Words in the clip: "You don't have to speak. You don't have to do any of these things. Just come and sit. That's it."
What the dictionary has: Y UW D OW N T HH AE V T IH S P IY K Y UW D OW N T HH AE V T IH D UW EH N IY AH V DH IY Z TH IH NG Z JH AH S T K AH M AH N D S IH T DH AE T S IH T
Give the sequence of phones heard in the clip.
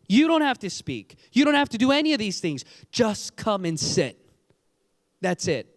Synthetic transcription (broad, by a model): Y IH D OW N T HH AE F T IH S P IY K Y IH D OW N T HH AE F T IH D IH EH N IY AH V DH IY Z TH IH NG Z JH AH S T K AH M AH N S IH T DH AE T S IH T